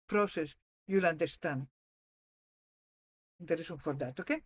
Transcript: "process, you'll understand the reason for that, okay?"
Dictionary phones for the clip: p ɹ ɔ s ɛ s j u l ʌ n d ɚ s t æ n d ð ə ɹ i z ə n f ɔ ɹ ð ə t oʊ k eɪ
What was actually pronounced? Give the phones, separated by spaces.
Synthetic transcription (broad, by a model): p ɹ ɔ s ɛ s j u l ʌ n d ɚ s t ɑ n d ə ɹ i s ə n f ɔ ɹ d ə t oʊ k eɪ